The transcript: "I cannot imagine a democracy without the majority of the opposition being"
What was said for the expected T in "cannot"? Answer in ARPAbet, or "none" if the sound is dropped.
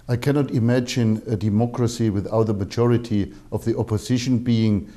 T